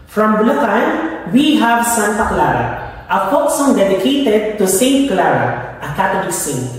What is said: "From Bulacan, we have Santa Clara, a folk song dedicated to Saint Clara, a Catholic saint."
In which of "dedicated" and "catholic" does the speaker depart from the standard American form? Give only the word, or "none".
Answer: catholic